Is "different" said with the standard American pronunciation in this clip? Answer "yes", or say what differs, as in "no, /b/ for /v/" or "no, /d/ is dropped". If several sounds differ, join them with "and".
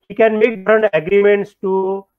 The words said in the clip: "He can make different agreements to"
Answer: no, /f/ is dropped